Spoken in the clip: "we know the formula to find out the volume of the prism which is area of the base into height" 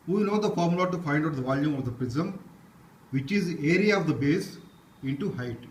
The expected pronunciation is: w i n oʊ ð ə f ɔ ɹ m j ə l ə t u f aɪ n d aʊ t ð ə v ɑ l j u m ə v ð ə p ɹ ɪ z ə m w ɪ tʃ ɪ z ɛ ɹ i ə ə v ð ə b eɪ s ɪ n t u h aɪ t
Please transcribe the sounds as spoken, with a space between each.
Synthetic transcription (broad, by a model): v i n oʊ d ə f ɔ ɹ m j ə l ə t u f aɪ n d aʊ t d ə v ɑ l j u m ə v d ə p ɹ ɪ z ə m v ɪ tʃ ɪ z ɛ ɹ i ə ə v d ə b eɪ s ɪ n t u h aɪ t